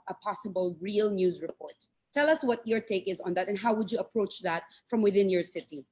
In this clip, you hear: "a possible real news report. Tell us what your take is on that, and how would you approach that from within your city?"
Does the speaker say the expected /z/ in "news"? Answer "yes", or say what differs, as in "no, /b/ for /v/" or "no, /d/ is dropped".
yes